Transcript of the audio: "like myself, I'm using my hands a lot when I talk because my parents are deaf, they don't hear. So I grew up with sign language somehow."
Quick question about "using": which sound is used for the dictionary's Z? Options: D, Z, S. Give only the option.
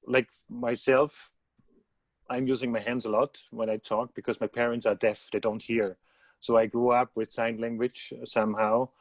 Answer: Z